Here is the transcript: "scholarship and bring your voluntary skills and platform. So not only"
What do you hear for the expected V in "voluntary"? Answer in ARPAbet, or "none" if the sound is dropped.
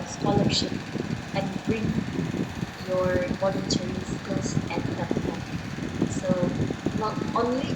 B